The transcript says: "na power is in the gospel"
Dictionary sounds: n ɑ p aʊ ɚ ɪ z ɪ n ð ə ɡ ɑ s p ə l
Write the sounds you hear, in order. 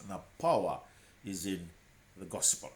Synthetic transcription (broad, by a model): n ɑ p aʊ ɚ ɪ z ɪ n ð ə ɡ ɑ s p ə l